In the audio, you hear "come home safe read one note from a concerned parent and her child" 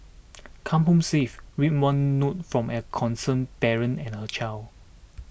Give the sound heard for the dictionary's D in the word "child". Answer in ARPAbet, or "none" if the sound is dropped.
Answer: none